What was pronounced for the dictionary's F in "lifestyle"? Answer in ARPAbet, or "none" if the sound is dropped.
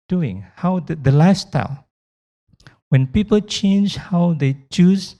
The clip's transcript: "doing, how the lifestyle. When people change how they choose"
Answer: none